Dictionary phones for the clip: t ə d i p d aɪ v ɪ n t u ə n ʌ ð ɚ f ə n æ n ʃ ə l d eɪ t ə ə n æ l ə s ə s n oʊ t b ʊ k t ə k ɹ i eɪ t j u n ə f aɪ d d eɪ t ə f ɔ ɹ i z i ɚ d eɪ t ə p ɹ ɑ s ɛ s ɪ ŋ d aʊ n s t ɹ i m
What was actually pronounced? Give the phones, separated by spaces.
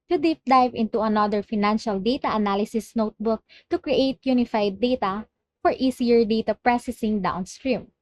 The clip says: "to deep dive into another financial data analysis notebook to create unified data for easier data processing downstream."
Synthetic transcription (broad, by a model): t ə d i p d aɪ v ɪ n t u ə n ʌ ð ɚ f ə n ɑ n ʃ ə l d eɪ t ə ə n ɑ l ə s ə s n oʊ t b ʊ k t ə k ɹ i eɪ t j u n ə f aɪ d d eɪ t ə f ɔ ɹ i s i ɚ d eɪ t ə p ɹ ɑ s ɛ s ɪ ŋ d aʊ n s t ɹ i m